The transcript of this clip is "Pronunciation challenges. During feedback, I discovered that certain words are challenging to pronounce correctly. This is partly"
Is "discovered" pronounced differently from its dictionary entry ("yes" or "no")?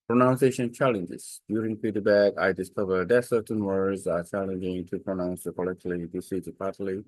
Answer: no